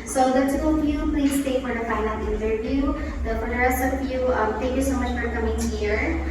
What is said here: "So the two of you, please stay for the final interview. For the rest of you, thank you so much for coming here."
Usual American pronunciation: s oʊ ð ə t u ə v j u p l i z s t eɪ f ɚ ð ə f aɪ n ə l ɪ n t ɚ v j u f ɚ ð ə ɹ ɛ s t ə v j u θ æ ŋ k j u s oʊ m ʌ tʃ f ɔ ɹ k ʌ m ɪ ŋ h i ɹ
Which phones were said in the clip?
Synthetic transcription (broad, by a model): s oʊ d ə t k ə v j u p l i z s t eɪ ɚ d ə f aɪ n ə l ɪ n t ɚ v j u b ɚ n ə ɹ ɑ s ə b j u t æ ŋ k j u s oʊ m ʌ tʃ f ɔ ɹ k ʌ m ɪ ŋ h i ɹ